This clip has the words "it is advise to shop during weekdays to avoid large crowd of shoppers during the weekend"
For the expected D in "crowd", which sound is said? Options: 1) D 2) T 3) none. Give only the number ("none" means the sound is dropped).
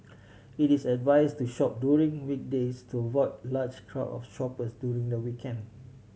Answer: 3